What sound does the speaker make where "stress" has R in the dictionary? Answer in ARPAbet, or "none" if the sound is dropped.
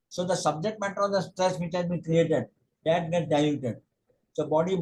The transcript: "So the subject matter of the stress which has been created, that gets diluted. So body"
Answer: R